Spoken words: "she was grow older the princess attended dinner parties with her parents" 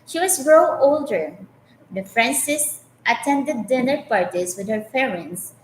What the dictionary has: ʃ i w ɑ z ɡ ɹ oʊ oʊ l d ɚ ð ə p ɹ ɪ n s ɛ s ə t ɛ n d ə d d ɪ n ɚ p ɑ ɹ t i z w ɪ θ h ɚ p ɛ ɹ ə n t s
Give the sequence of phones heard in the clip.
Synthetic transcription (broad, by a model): ʃ i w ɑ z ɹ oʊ oʊ l d ɚ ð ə f ɹ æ n s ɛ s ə t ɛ n d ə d d ɪ n ɚ p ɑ ɹ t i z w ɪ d h ɚ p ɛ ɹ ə n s